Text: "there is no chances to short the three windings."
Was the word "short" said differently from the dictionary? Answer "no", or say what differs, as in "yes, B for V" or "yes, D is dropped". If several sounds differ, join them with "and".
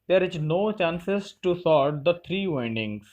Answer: yes, S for SH